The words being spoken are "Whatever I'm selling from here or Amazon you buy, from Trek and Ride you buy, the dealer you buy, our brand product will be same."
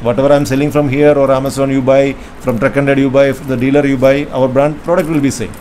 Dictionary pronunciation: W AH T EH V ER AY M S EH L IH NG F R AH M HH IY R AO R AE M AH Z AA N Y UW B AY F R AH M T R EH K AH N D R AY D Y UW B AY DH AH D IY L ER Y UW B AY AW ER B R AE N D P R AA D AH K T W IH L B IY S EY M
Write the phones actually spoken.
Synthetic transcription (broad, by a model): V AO T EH V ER AY M S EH L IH NG F R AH M HH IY R AO R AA M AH S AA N Y UW B AY F R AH M T R EH K AH N D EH D Y UW B AY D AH D IY L ER Y UW B AY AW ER B R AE N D P R AA D AH K T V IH L B IY S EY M